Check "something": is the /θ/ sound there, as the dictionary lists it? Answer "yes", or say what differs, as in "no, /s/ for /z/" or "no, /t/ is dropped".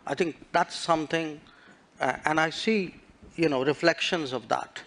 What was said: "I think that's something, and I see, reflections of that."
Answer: no, /t/ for /θ/